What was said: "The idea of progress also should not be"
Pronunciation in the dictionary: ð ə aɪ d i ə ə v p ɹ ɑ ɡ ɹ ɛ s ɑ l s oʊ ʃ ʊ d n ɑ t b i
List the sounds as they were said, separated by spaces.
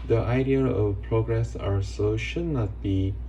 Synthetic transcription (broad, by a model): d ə aɪ d i ə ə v p ɹ ɑ ɡ ɹ ɛ s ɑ s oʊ ʃ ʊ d n ɑ t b i